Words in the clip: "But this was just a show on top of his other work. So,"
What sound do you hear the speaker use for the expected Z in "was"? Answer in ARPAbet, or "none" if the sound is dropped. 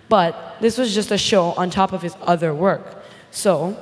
Z